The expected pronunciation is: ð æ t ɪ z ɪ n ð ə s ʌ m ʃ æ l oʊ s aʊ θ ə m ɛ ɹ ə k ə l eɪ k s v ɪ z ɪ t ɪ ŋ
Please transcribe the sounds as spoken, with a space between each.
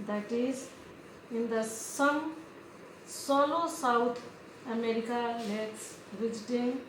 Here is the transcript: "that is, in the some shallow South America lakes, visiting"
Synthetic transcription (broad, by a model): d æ t ɪ z ɪ n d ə s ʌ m s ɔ l oʊ s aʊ t ə m ɛ ɹ ə k ə l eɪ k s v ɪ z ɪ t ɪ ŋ